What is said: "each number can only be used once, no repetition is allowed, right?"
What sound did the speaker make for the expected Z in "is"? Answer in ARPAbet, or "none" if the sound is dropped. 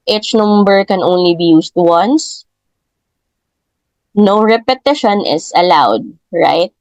S